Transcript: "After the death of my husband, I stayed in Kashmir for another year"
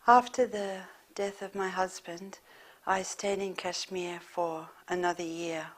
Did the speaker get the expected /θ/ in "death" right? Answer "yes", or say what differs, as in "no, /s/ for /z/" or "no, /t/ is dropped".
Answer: yes